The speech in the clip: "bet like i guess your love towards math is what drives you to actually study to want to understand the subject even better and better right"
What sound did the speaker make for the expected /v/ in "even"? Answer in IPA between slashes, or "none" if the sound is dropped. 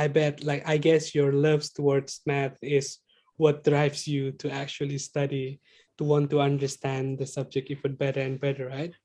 /f/